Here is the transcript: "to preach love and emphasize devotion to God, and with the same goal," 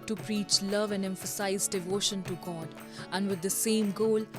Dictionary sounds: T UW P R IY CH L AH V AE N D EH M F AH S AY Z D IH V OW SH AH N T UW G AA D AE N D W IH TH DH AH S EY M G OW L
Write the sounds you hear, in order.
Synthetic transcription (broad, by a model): T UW P R IY CH L AH V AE N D EH M F AH S AY Z D IH V OW SH AH N T UW G AA D AE N D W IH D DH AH S EY M G OW L